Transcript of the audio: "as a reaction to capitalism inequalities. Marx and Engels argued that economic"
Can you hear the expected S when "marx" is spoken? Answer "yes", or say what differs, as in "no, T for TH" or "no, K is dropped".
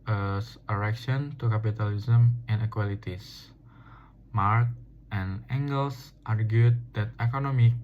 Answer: no, S is dropped